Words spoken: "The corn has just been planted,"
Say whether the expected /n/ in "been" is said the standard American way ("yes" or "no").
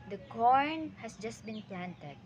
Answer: yes